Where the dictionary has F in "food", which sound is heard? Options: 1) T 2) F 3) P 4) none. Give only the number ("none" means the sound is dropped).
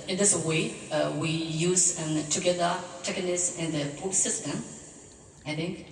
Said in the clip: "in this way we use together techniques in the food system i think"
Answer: 3